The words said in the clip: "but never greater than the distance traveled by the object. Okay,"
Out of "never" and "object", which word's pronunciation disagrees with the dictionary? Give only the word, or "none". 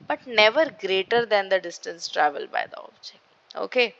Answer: object